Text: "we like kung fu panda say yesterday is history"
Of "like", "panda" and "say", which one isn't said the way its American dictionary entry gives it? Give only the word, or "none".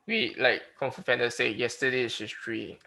panda